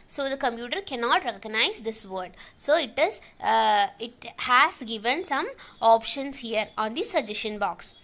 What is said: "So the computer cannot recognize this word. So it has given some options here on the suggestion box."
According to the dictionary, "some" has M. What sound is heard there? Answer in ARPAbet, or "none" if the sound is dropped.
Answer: M